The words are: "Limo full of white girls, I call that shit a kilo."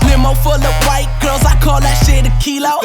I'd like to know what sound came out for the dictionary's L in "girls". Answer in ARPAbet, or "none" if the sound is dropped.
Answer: none